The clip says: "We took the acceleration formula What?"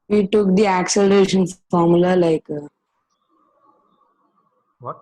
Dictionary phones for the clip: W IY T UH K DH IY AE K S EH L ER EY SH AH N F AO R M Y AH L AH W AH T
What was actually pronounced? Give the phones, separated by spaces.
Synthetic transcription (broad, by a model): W IY T UH K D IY AE K S EH L ER EY SH AH N F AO R M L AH L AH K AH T